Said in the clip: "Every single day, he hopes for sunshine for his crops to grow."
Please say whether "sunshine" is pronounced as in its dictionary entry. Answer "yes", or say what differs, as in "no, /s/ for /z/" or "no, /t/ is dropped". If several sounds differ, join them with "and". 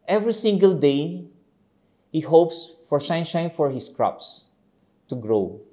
no, /ʃ/ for /s/